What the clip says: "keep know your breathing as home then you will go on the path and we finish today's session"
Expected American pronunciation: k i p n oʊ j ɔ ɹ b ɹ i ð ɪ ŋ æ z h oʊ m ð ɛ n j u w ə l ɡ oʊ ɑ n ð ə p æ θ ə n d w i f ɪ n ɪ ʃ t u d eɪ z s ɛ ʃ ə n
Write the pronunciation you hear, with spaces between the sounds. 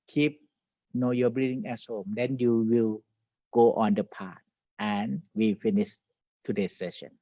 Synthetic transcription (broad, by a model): k i p n oʊ j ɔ b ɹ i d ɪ ŋ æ s h oʊ m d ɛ n j u w ə l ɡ oʊ ɑ n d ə p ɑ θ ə n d w i f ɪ n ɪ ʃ t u d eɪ s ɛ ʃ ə n